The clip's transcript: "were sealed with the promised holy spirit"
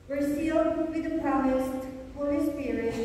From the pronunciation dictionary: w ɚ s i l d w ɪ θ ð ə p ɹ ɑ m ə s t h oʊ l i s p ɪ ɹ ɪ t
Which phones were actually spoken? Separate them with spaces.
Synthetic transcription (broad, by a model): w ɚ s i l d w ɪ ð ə p ɹ ɑ m ə s t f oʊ i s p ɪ ɹ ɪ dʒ